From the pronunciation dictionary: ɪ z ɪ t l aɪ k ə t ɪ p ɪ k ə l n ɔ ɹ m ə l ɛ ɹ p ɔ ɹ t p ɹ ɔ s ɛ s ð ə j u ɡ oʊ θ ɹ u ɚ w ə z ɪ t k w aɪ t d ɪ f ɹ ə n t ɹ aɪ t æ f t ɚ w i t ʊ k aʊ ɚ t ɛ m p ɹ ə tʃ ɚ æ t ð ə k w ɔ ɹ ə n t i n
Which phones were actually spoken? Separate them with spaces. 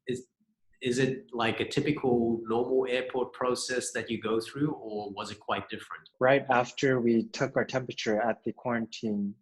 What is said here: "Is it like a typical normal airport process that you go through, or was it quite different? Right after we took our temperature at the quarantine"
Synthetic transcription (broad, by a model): ɪ z ɪ t l aɪ k ə t ɪ p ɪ k l n ɔ ɹ m l ɛ ɹ p ɔ ɹ t p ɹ ɔ s ɛ s ð ə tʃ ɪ ɡ oʊ θ ɹ u ɚ w ə z ɪ t k w aɪ t d ɪ f ɹ ə n t ɹ aɪ t æ f t ɚ w i t ʊ k aʊ ɚ t ɛ m p ɹ ə tʃ ɚ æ t ð ə k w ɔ ɹ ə n t i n